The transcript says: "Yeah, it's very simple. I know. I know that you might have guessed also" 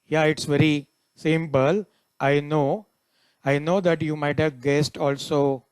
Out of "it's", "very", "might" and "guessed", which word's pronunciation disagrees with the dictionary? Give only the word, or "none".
none